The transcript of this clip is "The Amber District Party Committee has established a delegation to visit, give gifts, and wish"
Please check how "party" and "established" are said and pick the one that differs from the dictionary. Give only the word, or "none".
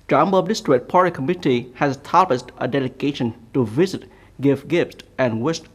established